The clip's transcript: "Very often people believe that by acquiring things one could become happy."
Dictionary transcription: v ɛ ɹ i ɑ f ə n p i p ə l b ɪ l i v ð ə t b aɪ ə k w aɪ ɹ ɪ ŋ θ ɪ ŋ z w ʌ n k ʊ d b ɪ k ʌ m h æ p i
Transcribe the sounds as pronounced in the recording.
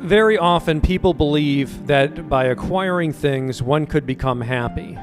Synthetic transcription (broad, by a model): v ɛ ɹ i ɑ f ə n p i p l b ɪ l i v ð ə t b aɪ ə k w aɪ ɹ ɪ ŋ θ ɪ ŋ z w ʌ n k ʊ d b ɪ k ʌ m h æ p i